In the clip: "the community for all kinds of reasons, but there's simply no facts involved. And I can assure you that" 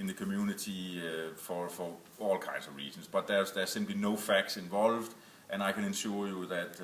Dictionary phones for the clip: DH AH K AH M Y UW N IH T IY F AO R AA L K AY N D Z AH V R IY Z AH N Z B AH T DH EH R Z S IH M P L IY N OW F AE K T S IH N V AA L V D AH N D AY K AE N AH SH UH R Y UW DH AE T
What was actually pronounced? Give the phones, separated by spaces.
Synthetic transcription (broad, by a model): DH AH K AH M Y UW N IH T IY F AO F AA L K AY N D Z AH V R IY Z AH N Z B AH T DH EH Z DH S IH M P L IY N OW F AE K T S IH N V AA L V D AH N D AY K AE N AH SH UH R Y UW DH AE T